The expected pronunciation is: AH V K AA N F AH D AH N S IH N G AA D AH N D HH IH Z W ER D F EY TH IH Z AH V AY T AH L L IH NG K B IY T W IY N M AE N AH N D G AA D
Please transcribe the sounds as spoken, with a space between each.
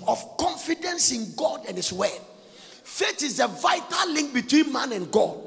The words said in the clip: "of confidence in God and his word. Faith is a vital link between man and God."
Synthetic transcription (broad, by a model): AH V K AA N F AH D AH N S IH N G AA D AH N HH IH S W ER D F EY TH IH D AH V AY T AH L L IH NG K B IY T W IY N M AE N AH N G AA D